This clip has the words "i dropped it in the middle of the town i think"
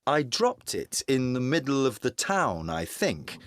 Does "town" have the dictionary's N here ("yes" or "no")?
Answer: yes